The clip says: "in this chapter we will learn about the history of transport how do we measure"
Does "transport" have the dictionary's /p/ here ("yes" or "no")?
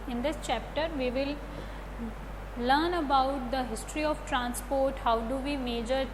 yes